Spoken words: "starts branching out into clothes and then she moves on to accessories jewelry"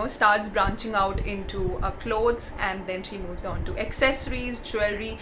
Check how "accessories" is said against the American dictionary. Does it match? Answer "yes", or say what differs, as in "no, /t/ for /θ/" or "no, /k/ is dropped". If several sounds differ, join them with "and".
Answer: yes